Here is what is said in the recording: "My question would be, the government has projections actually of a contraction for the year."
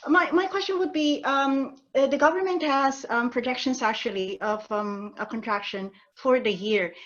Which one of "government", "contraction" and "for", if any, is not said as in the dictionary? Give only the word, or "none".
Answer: none